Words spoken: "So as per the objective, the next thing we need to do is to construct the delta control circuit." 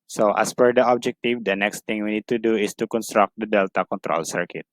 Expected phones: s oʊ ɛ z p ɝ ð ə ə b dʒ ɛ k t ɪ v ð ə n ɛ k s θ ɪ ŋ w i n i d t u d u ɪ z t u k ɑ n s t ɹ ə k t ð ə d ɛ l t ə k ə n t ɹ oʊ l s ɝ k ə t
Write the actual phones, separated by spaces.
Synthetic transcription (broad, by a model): s oʊ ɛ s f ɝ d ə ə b dʒ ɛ k t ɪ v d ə n ɛ k s t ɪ ŋ w i n i d t u d u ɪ s t u k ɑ n s t ɹ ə k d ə d ɛ l t ə k ə n t ɹ oʊ l s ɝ k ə t